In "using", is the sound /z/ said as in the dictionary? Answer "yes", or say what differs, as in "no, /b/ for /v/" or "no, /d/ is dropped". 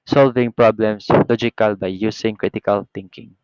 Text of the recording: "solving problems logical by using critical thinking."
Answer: no, /s/ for /z/